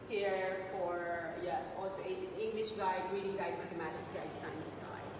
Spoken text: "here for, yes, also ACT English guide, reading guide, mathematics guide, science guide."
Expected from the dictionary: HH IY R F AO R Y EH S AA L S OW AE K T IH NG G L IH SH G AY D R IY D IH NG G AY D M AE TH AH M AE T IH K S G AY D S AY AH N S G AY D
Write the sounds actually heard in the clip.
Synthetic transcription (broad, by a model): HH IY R F AO R Y EH S AA L S OW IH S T IH NG G L IH SH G AY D R IY D IH NG G AY D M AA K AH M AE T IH S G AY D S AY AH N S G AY